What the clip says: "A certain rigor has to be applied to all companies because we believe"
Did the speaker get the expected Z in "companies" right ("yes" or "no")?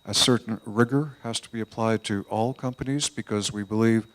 yes